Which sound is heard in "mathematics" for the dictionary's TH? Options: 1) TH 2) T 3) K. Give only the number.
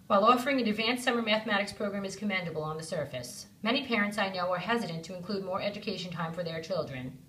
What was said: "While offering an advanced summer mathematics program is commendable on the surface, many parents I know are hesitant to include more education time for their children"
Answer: 1